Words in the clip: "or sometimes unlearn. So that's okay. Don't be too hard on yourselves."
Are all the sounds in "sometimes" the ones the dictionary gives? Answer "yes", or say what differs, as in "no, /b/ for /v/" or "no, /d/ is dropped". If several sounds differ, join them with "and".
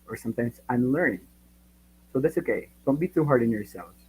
no, /s/ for /z/